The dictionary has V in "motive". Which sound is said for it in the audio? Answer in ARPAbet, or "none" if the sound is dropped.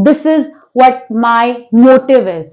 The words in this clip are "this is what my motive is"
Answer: V